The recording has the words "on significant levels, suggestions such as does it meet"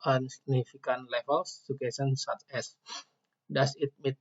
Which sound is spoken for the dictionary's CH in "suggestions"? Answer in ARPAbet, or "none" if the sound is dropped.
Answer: none